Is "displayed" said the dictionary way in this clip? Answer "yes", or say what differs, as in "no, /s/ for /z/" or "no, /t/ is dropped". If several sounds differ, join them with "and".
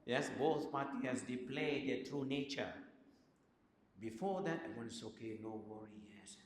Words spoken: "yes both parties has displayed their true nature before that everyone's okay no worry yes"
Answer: no, /s/ is dropped